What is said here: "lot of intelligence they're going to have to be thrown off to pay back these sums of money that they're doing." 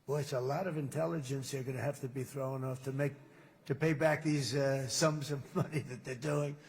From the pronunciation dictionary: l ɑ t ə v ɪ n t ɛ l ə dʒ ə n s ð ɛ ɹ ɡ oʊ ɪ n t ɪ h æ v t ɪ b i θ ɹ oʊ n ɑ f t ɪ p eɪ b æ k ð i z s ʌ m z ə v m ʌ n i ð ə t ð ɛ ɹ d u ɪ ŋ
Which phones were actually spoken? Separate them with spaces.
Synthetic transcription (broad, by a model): l ɑ t ə v ɪ n t ɛ l ə dʒ ə n s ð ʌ ɹ ɡ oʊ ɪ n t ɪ h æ f t ɪ b i θ ɹ oʊ n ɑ f t ɪ p eɪ b æ k ð i z s ʌ m z ə v m ʌ n i ð ə t ð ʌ ɹ d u ɪ ŋ